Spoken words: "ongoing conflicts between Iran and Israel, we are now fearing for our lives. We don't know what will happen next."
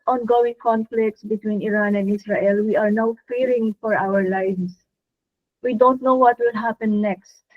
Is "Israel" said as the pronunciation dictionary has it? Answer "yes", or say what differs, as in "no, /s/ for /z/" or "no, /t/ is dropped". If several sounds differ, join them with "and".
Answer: no, /s/ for /z/